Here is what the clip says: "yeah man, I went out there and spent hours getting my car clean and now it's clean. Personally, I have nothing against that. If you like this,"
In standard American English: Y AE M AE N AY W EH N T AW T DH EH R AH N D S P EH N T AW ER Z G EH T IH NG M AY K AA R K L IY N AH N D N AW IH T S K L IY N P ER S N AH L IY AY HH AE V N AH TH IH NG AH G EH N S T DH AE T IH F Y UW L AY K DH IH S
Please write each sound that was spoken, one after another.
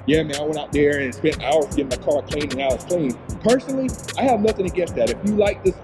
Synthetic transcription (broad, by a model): Y AE M AE N AY W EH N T AW T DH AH R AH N S P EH N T AW ER Z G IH M AY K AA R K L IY AH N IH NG AW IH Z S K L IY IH P ER S N L IY AY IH V N AH TH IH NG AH G EH S DH AE T IH F Y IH L AY K DH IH S